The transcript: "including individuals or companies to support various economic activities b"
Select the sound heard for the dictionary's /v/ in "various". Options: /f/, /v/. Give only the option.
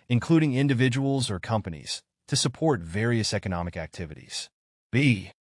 /v/